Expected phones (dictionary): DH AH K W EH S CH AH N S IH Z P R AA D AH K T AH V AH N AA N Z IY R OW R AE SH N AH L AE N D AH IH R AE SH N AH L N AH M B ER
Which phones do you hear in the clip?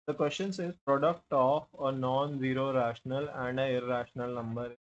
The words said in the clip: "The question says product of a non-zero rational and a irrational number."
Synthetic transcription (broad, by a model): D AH K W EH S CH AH N S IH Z P R AA D AH K T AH F AH N AA N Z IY R OW R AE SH N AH L AE N D AH IH R AE SH N AH L N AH M B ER